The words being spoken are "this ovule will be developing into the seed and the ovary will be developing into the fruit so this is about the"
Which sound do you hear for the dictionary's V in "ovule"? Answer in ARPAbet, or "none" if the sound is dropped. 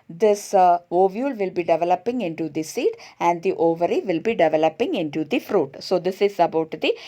V